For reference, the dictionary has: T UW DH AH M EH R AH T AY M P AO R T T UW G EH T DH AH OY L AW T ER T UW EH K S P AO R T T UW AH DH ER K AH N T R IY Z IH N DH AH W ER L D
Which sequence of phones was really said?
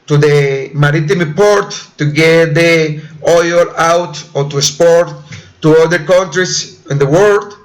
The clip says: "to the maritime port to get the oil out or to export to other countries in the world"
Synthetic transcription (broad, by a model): T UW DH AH M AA R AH T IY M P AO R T T UW G EH T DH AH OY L AW T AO T UW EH S P AO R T T UW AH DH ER K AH N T R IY S IH N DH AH W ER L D